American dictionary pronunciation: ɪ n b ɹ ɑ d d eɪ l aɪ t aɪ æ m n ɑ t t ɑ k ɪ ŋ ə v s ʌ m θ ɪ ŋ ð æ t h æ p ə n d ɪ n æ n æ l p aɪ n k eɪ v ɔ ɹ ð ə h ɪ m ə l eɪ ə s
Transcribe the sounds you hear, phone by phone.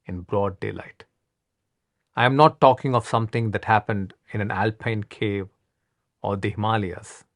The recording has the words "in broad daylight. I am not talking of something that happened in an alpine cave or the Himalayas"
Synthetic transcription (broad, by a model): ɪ n b ɹ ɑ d d eɪ l aɪ t aɪ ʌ m n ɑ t t ɑ k ɪ ŋ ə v s ʌ m t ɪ ŋ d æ t h æ p ə n d ɪ n æ n æ l p aɪ n k eɪ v ɔ ɹ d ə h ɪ m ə l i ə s